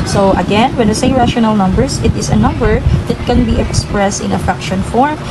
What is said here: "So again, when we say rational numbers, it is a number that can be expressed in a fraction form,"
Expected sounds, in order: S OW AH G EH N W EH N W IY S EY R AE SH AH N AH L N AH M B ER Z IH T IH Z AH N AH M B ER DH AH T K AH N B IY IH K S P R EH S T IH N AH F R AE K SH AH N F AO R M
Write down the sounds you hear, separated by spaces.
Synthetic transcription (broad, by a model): S OW AH G EH N W EH N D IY S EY R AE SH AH N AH L N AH M B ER S IH T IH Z AH N AH M B ER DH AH T K AH N B IY IH K S P R EH S T IH N AH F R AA K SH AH N F AO R M